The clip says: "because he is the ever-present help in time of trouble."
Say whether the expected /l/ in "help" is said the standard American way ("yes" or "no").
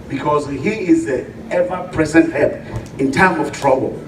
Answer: no